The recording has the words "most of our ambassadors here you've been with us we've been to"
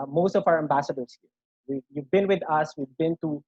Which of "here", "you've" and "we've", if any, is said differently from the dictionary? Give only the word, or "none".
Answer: here